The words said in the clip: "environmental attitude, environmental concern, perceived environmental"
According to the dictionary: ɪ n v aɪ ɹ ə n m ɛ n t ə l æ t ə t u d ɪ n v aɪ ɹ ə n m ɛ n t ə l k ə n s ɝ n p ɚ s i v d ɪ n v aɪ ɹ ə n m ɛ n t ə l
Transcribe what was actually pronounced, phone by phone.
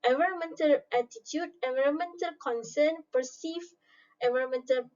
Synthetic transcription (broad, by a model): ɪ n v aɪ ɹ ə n m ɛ n t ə l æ t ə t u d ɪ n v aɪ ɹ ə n m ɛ n t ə l k ə n s ɝ n p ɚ s i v ɪ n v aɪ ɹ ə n m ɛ n t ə l